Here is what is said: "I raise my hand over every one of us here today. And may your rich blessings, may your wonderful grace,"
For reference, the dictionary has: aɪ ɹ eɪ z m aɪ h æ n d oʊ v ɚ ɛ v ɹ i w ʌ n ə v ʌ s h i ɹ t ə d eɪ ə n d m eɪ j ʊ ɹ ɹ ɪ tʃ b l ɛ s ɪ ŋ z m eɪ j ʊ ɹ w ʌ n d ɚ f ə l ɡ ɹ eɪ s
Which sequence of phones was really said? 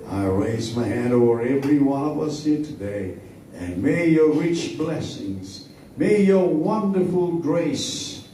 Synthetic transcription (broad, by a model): aɪ ɹ eɪ z m aɪ h æ n d oʊ v ɚ ɛ v ɹ i w ʌ n ə v ʌ s h i ɹ t ə d eɪ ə n m eɪ j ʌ ɹ ɹ ɪ tʃ b l ɛ s ɪ ŋ z m eɪ j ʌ ɹ w ʌ n d ɚ f ə l ɡ ɹ eɪ s